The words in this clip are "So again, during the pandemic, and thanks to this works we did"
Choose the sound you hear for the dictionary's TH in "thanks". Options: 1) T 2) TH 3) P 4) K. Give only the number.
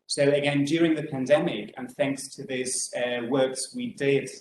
2